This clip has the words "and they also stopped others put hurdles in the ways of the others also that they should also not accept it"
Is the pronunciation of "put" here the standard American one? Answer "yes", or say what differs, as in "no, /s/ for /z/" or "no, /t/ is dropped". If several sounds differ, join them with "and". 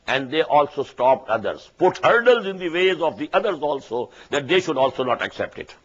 yes